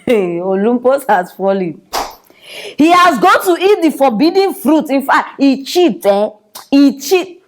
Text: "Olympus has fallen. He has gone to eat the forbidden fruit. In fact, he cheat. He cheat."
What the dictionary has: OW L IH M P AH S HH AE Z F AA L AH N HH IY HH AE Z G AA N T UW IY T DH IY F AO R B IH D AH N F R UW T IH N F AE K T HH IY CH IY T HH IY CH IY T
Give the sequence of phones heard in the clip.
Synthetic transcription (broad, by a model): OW L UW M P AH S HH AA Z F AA L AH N HH IY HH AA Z G AA N T UW IY T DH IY F AO B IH D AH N F R UW T IH N F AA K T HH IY CH IY T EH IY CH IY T